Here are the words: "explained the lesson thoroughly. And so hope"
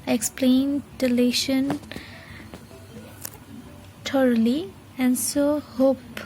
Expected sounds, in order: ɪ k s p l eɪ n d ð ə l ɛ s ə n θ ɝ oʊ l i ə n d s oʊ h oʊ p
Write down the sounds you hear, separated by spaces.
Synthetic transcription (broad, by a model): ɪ k s p l eɪ n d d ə l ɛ ʃ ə n t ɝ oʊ l i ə n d s oʊ h oʊ p